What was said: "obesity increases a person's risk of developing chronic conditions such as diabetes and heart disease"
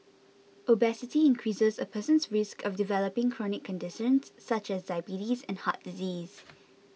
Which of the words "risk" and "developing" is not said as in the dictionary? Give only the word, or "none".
none